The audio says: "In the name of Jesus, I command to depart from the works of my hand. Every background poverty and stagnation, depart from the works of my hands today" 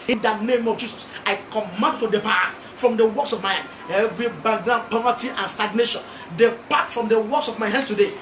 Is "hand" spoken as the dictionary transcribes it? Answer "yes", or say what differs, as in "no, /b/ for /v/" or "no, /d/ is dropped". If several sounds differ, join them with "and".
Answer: no, /d/ is dropped